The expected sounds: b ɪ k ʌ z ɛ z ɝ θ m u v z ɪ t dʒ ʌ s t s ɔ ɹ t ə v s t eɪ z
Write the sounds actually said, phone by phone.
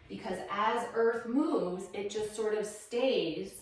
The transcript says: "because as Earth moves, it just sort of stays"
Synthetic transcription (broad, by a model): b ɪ k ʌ z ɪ z ɝ θ m u v z ɪ t dʒ ʌ s t s ɔ ɹ t ə v s t eɪ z